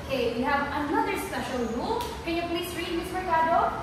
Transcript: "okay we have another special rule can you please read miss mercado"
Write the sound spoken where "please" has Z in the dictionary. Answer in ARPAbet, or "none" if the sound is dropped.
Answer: S